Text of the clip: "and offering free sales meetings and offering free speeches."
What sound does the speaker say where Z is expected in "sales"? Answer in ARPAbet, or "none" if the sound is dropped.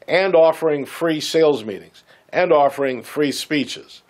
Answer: Z